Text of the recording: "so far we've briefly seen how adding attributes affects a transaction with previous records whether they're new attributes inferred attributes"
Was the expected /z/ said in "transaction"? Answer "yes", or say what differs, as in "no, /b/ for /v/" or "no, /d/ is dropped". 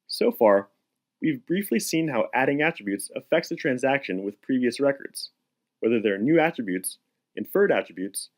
yes